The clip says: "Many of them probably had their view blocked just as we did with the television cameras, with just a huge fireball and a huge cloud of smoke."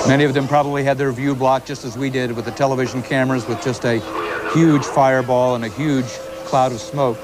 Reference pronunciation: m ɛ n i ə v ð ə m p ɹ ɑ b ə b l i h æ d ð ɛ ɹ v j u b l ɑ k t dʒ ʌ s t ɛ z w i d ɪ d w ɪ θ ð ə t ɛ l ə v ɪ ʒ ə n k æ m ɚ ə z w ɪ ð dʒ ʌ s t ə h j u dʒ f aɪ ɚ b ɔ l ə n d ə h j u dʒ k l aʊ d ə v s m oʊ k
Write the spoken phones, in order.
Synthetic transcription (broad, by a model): m ɛ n i ə v ð ə m p ɹ ɑ b ə b l i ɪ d ð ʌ ɹ v j u b l ɑ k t dʒ ʌ s t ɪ z w i d ɪ d w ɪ ð ə t ɛ l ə v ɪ ʒ n k æ m ɚ ə z w ɪ ð dʒ ʌ s t ə h j u dʒ f aɪ ɚ b ɔ l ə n ə h j u dʒ k l aʊ d ə v s m oʊ k